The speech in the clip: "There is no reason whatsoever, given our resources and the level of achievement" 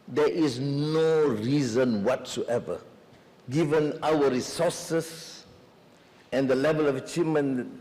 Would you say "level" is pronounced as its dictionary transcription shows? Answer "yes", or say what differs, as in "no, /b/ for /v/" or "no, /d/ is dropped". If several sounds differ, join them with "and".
yes